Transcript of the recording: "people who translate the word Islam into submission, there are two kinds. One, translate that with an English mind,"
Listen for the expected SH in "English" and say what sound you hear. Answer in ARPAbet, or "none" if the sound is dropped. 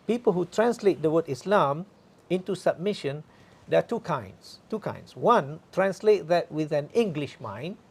SH